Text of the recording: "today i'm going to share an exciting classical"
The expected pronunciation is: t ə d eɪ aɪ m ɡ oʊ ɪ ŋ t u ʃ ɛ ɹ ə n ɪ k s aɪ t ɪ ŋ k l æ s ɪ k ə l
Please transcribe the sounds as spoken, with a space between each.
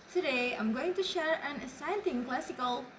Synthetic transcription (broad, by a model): t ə d eɪ aɪ m ɡ oʊ ɪ ŋ t u ʃ ɛ ɹ ə n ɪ s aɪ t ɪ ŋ k l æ s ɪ k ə l